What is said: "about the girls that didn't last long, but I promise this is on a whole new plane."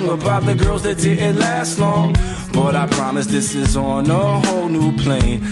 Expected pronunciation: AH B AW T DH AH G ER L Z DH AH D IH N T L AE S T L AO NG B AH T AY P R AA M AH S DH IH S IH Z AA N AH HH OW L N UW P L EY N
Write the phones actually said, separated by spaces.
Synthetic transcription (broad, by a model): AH B AW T DH AH G ER L Z DH AH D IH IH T L AE S T L AO NG B AH T AY P R AA M AH S DH IH S IH Z N AH HH OW L N UW P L EY N